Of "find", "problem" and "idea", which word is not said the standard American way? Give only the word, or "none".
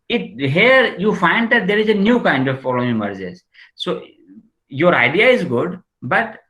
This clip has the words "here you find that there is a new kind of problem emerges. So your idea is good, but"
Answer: problem